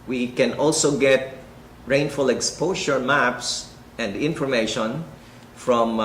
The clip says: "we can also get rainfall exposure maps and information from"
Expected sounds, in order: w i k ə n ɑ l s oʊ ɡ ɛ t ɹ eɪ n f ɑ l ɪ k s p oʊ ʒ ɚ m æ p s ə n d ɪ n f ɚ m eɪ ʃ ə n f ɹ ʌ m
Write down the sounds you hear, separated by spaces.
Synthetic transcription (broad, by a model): w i k ə n ɑ l s oʊ ɡ ɛ t ɹ eɪ n f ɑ l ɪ k s p oʊ ʃ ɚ m æ p s ə n d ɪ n f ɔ m eɪ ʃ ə n f ɹ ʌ m